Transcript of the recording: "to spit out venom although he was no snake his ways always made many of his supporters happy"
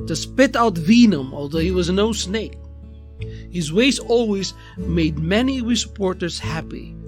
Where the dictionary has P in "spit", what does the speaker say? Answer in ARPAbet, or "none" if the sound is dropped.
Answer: P